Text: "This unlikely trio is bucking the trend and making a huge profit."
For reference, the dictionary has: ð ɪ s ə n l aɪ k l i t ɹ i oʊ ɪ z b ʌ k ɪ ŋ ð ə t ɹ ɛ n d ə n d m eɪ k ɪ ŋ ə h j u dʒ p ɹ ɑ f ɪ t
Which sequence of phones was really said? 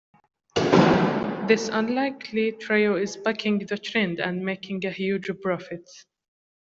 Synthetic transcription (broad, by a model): ð ɪ s ə n l aɪ k l i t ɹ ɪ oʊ ɪ z b ʌ k ɪ ŋ ð ə t ɹ ɛ n d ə n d m eɪ k ɪ ŋ ə h j u dʒ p ɹ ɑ f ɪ t